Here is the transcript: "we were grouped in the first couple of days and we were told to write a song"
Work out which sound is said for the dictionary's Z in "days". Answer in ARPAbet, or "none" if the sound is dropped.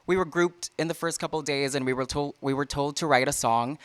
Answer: Z